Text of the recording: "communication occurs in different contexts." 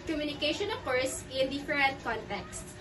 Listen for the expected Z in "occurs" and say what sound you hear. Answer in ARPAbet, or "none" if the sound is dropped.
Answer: S